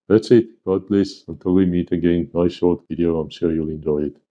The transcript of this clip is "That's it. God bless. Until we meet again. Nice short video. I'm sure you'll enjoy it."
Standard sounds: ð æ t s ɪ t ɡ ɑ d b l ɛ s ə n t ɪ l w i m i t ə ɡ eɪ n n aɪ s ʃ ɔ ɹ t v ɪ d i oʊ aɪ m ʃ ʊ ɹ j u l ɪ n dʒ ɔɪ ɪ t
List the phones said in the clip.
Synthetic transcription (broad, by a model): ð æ t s ɪ t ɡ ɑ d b l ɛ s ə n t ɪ l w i m i t ə ɡ eɪ n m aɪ ʃ ɔ ɹ t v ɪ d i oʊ aɪ m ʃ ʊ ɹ j u l ɪ n dʒ ɔɪ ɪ t